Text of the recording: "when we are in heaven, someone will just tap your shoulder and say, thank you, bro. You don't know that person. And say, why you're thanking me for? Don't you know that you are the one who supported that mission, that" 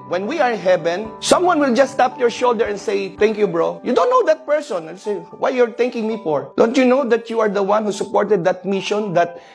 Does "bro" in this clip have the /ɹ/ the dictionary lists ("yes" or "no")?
yes